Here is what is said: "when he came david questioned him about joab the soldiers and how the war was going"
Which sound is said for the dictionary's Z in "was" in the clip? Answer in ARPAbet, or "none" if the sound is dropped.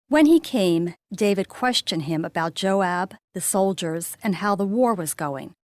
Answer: Z